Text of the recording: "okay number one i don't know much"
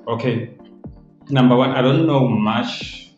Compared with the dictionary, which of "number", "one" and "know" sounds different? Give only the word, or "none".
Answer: none